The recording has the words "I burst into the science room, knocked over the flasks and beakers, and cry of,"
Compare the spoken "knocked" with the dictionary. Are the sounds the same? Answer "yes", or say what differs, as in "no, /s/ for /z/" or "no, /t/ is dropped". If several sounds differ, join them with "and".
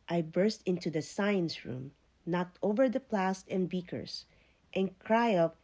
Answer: yes